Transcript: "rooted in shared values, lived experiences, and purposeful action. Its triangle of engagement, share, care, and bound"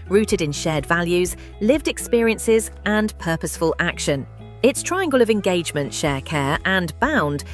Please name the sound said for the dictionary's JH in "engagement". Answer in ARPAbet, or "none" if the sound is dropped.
JH